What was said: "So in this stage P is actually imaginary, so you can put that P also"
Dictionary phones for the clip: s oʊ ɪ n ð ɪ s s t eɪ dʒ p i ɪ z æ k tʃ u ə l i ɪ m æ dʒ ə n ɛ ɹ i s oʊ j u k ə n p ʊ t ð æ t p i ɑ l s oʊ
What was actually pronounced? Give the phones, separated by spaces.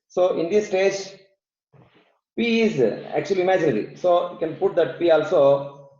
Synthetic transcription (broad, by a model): s oʊ ɪ n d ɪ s s t eɪ dʒ p i ɪ z æ k tʃ u ə l i m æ dʒ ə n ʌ l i s oʊ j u k ə n p ʊ t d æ t p i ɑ l s oʊ